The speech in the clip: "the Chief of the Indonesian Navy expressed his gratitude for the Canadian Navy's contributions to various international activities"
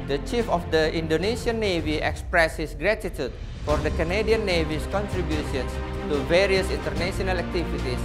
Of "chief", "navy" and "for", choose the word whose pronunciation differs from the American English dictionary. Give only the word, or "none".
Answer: none